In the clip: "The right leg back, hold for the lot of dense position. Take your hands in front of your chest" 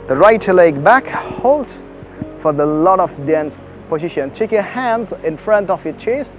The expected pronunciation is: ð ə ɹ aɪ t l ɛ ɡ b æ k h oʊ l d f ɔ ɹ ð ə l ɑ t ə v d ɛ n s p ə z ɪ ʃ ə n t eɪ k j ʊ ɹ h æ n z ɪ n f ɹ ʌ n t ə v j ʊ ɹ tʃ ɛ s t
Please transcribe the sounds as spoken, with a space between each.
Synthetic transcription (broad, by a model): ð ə ɹ aɪ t l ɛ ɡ b æ k h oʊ l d f ɔ ɹ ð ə l ɑ t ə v d ɛ n s p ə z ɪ ʃ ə n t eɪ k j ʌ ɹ h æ n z ɪ n f ɹ ʌ n t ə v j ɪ tʃ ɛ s